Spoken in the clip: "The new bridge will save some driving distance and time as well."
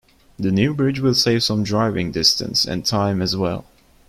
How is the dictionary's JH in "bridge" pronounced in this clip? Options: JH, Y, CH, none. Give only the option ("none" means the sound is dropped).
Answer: JH